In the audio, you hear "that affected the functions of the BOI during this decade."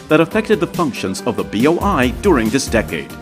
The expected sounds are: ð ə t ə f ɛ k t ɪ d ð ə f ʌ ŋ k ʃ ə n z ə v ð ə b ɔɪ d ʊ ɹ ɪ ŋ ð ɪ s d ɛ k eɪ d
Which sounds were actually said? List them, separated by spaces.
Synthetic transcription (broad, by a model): ð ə t ə f ɛ k t ɪ d ð ə f ʌ ŋ k ʃ ə n z ə v ð ə b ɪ d ʊ ɹ ɪ ŋ ð ɪ s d ɛ k eɪ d